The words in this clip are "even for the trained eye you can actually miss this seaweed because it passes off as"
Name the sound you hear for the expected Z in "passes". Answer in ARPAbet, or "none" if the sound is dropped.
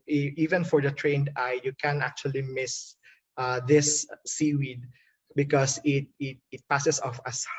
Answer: S